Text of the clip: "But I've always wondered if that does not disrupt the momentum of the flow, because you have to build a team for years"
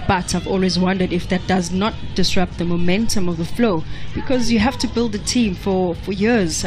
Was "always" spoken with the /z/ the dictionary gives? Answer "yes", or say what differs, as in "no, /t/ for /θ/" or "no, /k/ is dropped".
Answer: yes